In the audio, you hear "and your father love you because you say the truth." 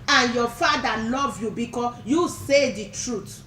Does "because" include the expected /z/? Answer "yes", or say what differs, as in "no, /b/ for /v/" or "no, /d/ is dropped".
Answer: no, /z/ is dropped